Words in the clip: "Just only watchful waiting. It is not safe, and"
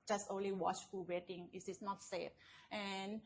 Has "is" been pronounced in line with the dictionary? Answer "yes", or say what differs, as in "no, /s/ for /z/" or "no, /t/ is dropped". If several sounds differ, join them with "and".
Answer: no, /s/ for /z/